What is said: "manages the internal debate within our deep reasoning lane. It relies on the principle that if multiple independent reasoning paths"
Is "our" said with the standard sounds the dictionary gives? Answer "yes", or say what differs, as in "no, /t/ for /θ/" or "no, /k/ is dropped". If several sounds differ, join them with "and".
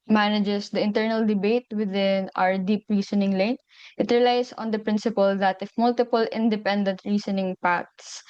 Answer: yes